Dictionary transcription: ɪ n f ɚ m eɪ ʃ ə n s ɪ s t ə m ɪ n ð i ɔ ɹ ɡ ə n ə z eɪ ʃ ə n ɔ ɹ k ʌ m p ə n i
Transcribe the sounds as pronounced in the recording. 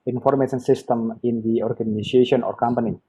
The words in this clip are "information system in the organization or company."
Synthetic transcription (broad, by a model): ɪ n f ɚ m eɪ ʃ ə n s ɪ s t ə m ɪ n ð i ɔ ɹ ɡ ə n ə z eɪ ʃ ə n ɔ ɹ k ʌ m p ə n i